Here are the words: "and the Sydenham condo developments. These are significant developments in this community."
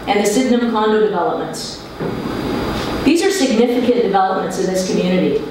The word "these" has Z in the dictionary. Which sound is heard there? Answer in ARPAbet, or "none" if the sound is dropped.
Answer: Z